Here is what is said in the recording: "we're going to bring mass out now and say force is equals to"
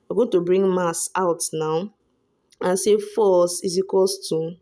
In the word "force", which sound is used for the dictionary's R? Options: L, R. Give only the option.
L